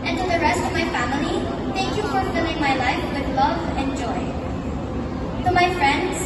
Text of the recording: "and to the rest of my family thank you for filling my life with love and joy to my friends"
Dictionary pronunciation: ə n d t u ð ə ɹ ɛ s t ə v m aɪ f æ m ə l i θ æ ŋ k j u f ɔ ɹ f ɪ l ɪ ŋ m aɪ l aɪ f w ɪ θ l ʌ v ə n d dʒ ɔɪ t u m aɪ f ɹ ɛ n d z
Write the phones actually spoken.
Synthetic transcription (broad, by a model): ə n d t u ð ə ɹ ɛ s t ə v m aɪ f æ m ə l i t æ ŋ k j u f ɔ ɹ f ɪ l ɪ ŋ m aɪ l aɪ f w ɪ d l ʌ v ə n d dʒ ɔɪ t u m aɪ f ɹ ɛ n d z